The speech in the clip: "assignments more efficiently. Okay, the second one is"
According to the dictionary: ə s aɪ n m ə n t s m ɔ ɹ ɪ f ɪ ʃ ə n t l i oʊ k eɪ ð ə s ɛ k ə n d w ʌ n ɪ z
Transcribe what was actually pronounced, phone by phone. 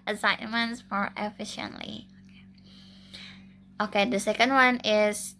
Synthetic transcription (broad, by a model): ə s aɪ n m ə n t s m ɔ ɹ ɪ f ɪ ʃ ə n t l i oʊ k eɪ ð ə s ɛ k ə n d w ʌ n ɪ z